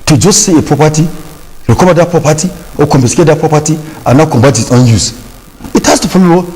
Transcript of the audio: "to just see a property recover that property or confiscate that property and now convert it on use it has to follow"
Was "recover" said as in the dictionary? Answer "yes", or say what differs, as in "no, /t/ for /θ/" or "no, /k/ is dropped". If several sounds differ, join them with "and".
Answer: no, /b/ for /v/